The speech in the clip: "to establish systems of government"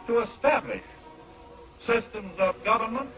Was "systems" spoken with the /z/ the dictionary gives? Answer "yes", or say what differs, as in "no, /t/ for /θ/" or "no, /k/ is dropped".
yes